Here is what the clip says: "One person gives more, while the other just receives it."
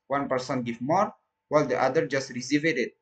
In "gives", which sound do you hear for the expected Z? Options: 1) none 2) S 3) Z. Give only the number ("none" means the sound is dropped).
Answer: 1